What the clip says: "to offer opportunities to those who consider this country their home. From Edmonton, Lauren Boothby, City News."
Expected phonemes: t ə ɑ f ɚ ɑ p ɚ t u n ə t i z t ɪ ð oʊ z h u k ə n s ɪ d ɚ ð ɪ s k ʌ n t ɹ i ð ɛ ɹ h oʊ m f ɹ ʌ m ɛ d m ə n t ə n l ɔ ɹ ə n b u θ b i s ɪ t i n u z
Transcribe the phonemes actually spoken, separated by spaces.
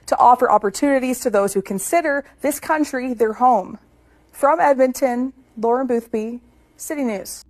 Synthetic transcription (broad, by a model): t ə ɑ f ɚ ɑ p ɚ t u n ə t i z t ɪ ð oʊ z h u k ə n s ɪ d ɚ ð ɪ s k ʌ n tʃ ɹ i ð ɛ ɹ h oʊ m f ɹ ʌ m ɛ d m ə n t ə n l ɔ ɹ ə n b u θ b i s ɪ t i n u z